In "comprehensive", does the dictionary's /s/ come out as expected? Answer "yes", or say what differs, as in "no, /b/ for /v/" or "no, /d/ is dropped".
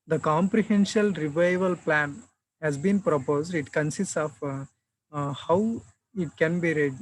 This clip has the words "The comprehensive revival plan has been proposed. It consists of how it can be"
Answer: no, /ʃ/ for /s/